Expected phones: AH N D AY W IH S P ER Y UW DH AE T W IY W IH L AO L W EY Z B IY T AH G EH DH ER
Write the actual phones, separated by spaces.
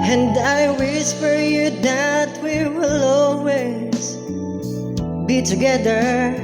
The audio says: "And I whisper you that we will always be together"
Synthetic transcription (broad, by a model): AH N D AY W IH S F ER Y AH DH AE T W IY W IH L AO L W EY Z B IY T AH G EH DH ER